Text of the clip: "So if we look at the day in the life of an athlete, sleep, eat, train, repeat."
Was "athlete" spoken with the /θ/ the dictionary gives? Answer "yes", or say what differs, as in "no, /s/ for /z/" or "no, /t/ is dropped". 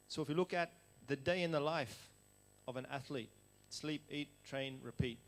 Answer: yes